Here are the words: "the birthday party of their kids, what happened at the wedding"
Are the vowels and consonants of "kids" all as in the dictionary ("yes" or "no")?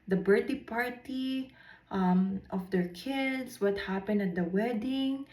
no